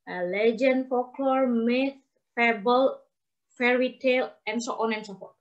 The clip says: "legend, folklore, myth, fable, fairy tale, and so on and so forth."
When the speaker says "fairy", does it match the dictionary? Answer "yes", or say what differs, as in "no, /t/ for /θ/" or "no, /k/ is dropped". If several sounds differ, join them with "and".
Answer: yes